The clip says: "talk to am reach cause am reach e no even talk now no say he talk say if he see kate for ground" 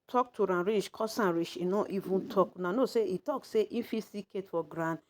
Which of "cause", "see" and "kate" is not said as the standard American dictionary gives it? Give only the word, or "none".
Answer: cause